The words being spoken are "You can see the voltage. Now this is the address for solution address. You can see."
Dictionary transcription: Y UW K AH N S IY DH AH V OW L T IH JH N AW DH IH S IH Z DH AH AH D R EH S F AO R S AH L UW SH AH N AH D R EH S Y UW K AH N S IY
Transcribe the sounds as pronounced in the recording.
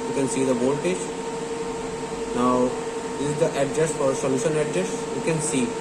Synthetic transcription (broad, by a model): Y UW K AH N S IY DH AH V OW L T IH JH N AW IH IH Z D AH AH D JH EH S F AO R S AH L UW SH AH N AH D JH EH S Y UW K AH N S IY